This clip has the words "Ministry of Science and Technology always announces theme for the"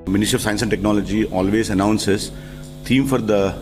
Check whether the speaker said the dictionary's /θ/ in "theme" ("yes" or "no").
no